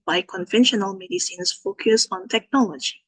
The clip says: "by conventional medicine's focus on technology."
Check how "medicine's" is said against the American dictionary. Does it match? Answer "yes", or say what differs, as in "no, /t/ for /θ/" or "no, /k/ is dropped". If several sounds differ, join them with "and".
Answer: no, /s/ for /z/